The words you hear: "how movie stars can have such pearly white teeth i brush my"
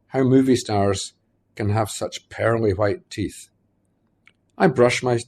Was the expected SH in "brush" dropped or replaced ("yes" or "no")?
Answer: no